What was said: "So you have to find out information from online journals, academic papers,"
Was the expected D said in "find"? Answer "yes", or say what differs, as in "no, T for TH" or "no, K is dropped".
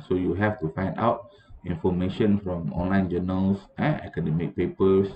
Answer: yes